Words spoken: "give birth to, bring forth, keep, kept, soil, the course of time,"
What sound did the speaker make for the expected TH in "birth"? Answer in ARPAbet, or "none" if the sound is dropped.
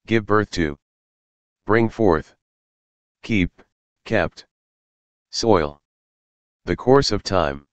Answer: TH